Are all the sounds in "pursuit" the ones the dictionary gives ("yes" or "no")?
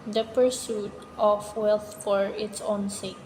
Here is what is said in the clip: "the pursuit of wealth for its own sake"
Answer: yes